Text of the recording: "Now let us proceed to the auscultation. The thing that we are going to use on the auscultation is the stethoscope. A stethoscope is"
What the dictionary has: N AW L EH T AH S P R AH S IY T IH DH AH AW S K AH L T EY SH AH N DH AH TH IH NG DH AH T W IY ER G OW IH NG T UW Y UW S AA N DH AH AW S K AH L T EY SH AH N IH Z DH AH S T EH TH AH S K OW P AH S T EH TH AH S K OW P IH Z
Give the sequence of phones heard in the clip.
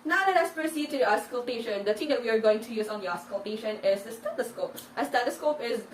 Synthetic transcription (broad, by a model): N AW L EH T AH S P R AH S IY T IH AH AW S K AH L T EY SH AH N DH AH T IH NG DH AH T W IY ER G OW IH NG T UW Y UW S AA N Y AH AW S K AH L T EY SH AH N IH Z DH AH S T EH T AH S K OW P AH S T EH T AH S K OW P IH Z